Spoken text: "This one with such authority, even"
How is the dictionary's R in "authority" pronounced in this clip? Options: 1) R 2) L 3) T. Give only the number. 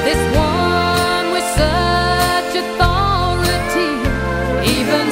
2